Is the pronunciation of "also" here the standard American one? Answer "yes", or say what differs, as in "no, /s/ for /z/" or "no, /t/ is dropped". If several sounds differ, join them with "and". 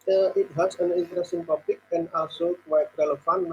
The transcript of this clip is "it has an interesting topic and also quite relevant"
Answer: no, /l/ is dropped